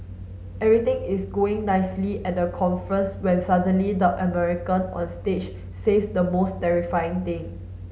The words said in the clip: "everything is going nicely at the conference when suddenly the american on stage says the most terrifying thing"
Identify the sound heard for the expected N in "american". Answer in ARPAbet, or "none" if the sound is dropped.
N